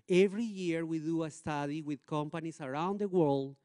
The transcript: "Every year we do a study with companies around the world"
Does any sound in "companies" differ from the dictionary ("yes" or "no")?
yes